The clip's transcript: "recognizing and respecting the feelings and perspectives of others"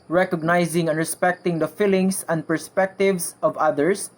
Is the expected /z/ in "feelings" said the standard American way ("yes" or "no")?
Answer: no